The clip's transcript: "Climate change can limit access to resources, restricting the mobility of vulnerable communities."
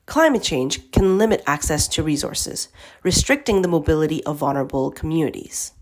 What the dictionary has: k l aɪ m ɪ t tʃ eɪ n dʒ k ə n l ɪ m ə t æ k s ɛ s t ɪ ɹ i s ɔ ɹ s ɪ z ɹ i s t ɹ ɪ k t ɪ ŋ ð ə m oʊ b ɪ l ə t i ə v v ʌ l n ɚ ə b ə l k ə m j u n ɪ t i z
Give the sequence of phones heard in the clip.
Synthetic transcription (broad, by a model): k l aɪ m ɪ t tʃ eɪ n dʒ k ə n l ɪ m ə t æ k s ɛ s t ɪ ɹ i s ɔ ɹ s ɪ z ɹ i s t ɹ ɪ k t ɪ ŋ ð ə m oʊ b ɪ l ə t i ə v v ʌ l n ɚ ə b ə l k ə m j u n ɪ t i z